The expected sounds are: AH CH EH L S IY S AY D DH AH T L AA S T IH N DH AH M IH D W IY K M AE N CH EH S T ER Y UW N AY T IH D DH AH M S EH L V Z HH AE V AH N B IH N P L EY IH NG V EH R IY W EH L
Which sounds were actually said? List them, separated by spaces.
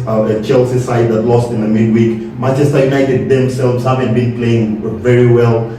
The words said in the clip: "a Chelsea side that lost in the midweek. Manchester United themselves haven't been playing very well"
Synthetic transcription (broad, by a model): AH CH EH L S IY S AY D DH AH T L AA S T IH N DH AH M IH D W IY K M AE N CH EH S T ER Y UW N AY T IH D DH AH M S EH L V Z HH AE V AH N B IH N P L EY IH NG V EH R IY W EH L